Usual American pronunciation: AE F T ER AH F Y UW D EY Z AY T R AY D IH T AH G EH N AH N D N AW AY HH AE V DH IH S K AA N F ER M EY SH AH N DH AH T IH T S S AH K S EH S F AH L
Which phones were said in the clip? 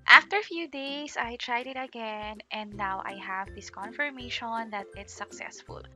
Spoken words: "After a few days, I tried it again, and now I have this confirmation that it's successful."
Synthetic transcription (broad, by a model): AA F T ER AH F Y UW D EY S AY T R AY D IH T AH G EH N AH N D N AW AY HH AE V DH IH S K AA N F ER M EY SH AH N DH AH T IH T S S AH K S EH S F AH L